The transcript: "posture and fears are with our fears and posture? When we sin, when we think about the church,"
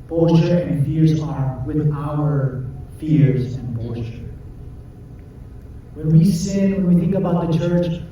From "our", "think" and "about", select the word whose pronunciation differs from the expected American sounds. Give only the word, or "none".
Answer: none